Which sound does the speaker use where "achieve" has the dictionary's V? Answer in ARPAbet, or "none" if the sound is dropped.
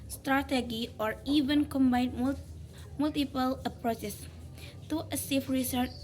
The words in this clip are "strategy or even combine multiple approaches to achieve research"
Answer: F